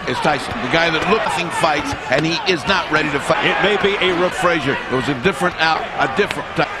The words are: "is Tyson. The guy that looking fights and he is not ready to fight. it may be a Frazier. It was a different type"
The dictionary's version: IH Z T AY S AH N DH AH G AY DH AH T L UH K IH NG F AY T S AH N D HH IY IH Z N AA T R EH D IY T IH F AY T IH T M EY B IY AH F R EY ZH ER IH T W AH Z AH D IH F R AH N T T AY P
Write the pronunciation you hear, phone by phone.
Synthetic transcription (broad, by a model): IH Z T AY S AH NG DH AH G AY DH AH T L UH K IH NG F AY T S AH N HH IY IH Z N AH T R EH D IY T IH F AY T IH T M EY B IY AH F R EY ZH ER IH T W AH Z AH D IH F R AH N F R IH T